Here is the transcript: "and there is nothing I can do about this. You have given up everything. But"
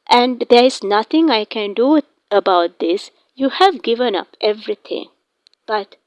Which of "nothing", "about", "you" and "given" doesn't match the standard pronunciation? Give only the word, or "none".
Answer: nothing